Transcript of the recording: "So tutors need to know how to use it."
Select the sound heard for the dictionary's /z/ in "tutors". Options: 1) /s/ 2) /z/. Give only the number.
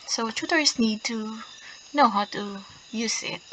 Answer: 1